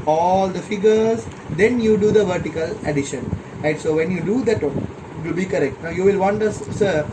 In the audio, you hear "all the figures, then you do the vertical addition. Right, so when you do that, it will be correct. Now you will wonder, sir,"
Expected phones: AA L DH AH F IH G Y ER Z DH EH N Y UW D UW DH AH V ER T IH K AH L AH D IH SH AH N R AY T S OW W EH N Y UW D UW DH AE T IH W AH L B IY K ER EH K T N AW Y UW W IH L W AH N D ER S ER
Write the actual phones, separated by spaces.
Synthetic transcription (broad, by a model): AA L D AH F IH G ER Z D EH N Y UW D UW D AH V ER T IH K AH L AH D IH SH AH N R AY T S OW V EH N Y UW D UW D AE T IH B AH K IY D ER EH K T N AW Y UW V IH L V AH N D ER S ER